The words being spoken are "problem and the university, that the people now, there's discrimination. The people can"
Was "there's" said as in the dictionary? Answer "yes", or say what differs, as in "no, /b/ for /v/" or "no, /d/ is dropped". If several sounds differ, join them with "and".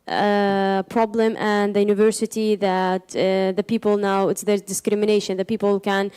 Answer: no, /z/ is dropped